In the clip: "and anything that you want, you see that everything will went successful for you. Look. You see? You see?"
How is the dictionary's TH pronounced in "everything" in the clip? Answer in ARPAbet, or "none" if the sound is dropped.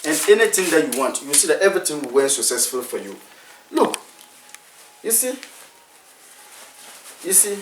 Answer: T